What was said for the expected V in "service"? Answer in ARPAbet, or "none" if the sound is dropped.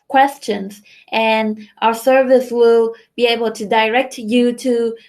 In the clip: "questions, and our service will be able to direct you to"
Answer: V